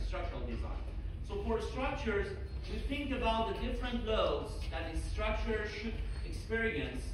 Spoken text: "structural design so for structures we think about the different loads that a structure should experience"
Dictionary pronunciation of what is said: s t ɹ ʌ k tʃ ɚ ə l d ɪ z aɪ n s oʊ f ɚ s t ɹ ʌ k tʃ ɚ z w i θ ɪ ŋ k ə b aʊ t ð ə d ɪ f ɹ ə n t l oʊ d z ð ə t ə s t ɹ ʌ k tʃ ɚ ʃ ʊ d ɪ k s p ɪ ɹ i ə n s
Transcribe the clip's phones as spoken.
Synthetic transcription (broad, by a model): s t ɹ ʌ k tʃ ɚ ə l d ɪ z aɪ n s oʊ f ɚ s t ɹ ʌ k tʃ ɚ z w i θ ɪ ŋ k ə b aʊ t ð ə d ɪ f ɹ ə n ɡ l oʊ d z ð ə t ə s t ɹ ʌ k tʃ ɚ ʃ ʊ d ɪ k s p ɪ ɹ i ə n s